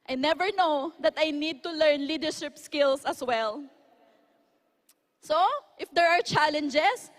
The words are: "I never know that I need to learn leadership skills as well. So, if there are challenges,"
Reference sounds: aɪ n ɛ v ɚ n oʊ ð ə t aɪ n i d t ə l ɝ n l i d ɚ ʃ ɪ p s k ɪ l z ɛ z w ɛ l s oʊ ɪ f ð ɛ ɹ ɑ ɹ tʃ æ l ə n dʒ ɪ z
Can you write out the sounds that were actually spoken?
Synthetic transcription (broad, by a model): aɪ n ɛ v ɚ n oʊ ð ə t aɪ n i d t ə l ɝ n l i d ɚ ʃ ɪ p s k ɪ l s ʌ s w ɛ l s oʊ ɪ f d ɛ ɹ ɑ ɹ tʃ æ l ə n dʒ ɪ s